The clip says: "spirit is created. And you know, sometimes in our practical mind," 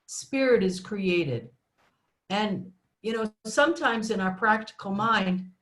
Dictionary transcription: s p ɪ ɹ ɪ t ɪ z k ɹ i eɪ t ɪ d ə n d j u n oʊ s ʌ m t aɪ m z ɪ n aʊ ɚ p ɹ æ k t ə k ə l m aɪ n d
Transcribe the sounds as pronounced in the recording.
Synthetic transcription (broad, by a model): s p ɪ ɹ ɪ t ɪ z k ɹ i eɪ t ɪ d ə n j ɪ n oʊ s ʌ m t aɪ m z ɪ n aʊ ɚ p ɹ æ k t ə k l m aɪ n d